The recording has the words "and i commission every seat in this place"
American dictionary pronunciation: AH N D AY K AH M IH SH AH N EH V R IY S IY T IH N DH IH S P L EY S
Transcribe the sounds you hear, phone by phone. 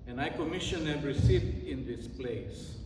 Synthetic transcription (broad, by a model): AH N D AY K AH M IH SH AH N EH R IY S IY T IH N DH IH S P L EY S